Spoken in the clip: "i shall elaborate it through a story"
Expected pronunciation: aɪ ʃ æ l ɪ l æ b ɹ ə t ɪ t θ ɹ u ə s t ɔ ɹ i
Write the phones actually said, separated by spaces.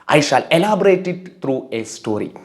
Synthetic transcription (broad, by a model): aɪ ʃ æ l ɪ l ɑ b ɹ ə t ɪ t t ɹ u ə s t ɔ ɹ i